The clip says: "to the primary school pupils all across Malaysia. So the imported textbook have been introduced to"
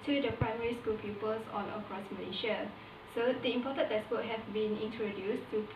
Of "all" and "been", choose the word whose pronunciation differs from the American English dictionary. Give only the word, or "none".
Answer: all